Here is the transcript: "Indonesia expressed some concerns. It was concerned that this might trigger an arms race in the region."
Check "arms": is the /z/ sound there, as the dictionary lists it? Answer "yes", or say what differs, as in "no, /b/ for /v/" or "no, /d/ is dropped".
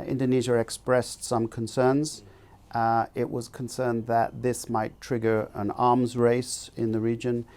yes